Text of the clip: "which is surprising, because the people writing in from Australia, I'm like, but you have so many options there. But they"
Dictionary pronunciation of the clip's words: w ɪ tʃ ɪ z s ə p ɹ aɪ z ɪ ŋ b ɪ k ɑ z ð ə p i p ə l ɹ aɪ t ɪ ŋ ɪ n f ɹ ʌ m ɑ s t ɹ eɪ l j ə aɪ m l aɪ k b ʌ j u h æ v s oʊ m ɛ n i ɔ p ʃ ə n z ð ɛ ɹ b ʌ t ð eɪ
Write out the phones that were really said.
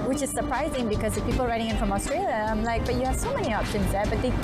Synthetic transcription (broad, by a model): w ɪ tʃ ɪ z s ə p ɹ aɪ z ɪ ŋ b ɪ k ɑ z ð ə p i p ə l ɹ aɪ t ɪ ŋ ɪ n f ɹ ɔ m ɑ s t ɹ eɪ l j ə aɪ m l aɪ k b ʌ j u h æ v s oʊ m ɛ n i ɔ p ʃ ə n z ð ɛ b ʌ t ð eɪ